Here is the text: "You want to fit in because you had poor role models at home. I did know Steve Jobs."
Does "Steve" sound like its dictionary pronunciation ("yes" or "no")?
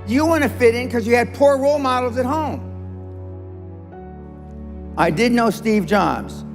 yes